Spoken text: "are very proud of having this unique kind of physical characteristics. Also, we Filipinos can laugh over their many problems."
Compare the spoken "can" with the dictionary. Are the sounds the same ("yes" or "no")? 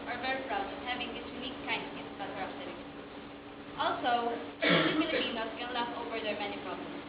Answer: no